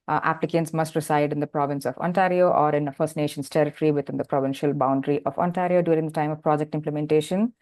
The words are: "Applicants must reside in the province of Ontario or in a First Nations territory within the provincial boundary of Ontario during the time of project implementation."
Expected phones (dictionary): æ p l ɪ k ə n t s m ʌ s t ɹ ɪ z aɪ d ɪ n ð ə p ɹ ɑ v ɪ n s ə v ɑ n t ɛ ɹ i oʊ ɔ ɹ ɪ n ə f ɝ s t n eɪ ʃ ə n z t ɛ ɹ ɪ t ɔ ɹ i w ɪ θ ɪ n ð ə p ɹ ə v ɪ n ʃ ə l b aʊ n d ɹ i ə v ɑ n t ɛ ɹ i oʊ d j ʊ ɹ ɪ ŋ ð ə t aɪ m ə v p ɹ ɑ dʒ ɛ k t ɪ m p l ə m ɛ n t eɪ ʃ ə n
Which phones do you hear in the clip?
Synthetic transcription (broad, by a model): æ p l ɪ k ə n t s m ʌ s t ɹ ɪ s aɪ d ɪ n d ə p ɹ ɑ v ɪ n s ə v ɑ n t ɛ ɹ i oʊ ɔ ɹ ɪ n ə f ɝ s t n eɪ ʃ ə n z t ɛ ɹ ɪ t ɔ ɹ i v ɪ t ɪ n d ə p ɹ ə v ɪ n ʃ ə l b aʊ n d ɹ i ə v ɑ n t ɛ ɹ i oʊ d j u ɹ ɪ ŋ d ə t aɪ m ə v p ɹ ɑ dʒ ɛ k t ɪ m p l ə m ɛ n t eɪ ʃ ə n